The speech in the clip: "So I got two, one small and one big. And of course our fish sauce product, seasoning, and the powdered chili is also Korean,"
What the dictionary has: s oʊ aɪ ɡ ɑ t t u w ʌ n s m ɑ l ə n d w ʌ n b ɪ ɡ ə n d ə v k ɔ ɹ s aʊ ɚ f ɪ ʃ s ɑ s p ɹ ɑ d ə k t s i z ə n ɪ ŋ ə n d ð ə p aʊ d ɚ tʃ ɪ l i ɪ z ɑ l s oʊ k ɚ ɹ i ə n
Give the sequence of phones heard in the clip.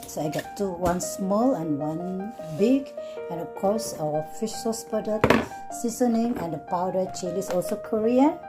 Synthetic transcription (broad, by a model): s oʊ aɪ ɡ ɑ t t u w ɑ n s m ɑ l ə n w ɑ n b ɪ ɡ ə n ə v k ɔ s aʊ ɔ f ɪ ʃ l s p ɑ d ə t s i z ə n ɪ ŋ ə n d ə p aʊ d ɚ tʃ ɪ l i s ɑ l s oʊ k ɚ ɹ i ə n